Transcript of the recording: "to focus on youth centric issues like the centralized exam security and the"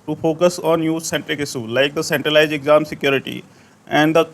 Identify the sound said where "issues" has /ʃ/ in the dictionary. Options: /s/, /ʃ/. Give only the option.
/s/